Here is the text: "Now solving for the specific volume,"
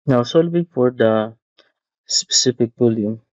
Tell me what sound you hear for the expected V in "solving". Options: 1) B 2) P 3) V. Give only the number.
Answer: 2